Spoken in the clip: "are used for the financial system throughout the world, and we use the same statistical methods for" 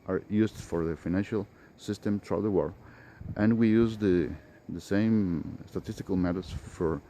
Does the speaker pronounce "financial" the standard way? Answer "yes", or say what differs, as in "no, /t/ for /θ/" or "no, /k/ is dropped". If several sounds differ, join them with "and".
yes